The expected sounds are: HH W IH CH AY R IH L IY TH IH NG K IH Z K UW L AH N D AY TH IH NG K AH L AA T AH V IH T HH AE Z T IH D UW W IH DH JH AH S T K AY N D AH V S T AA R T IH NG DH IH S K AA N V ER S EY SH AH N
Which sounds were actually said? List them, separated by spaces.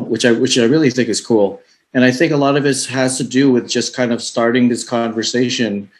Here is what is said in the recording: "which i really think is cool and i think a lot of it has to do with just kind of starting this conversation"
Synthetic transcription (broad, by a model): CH W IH CH AY R IH L IY TH IH NG K IH Z K UW L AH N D AY TH IH NG K AH L AA T AH V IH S HH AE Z T IH D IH W IH DH JH AH S K AY N D AH V S T AA R T IH NG DH IH S K AA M V ER S EY SH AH N